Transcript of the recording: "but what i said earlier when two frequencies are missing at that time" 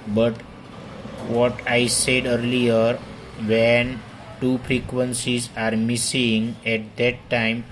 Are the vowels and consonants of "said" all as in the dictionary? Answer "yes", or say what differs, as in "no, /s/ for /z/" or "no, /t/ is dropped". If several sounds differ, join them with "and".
yes